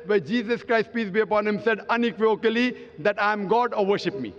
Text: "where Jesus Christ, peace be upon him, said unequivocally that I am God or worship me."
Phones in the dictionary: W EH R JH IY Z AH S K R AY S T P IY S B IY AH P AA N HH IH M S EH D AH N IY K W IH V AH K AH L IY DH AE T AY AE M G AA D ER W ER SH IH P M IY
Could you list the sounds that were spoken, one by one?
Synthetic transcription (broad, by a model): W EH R JH IY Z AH S K R AY S T P IY S B IY AH P AA N HH IH M S EH D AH N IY K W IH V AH K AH L IY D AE T AY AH M G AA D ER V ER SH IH P M IY